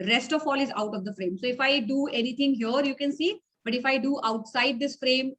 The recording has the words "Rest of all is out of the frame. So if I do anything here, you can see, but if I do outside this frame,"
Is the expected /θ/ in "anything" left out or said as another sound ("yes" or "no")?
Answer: yes